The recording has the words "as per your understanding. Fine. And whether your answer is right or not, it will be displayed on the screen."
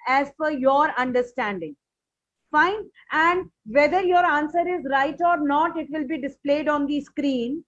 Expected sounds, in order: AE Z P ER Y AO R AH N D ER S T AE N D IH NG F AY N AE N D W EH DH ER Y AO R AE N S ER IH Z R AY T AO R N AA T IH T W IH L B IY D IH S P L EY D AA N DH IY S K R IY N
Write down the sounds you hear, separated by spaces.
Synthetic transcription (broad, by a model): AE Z F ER Y AO R AH N D ER S T AE N D IH NG F AY N AE N D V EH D ER Y AO R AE N S ER IH Z R AY T AO R N AA T IH T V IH L B IY D IH S P L EY D AA N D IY S K R IY N